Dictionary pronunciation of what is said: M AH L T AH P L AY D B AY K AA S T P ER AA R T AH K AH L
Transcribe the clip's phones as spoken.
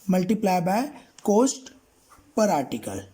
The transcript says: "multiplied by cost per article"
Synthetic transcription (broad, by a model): M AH L T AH P L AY B AY K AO S T P ER AA R T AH K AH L